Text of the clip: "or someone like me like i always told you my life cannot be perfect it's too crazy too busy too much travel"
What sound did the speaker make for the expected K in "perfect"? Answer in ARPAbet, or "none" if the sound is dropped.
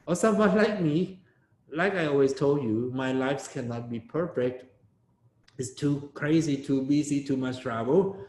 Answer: K